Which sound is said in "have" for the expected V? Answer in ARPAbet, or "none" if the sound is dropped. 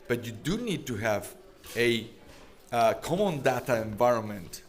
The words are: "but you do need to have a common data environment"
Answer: V